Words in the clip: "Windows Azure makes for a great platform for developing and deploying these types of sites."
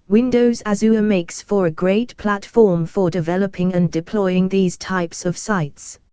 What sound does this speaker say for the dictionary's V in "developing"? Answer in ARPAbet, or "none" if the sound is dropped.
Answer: V